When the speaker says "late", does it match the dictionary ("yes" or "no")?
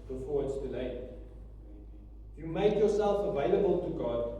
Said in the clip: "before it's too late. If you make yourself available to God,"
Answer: no